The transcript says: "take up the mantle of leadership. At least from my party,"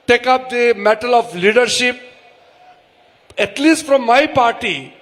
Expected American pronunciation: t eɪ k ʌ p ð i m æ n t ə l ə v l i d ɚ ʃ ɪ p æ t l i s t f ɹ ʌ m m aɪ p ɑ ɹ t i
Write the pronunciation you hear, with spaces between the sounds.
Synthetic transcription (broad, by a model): t eɪ k ʌ p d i m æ t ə l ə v l i d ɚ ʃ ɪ p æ t l i s t f ɹ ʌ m m aɪ p ɑ ɹ t i